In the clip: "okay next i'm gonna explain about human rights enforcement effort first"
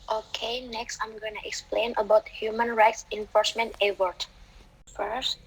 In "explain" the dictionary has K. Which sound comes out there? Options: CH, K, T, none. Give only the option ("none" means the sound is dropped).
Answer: K